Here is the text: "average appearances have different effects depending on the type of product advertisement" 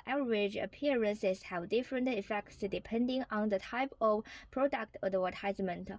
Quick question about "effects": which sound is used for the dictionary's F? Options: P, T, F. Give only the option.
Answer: F